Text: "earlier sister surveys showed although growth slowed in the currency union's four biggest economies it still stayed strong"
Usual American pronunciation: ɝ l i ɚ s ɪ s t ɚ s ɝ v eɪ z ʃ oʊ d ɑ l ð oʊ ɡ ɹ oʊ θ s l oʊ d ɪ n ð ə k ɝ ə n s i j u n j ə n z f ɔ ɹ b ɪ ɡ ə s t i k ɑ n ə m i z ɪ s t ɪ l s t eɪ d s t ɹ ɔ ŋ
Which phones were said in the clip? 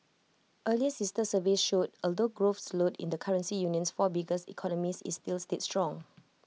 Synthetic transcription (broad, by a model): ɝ l i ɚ s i s t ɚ s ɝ v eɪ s ʃ oʊ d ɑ l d oʊ ɡ ɹ oʊ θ s l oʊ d ɪ n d ə k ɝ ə n s i j u n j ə n s f ɔ b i ɡ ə s i k ɑ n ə m i s ɪ s t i l s t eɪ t s t ɹ ɔ ŋ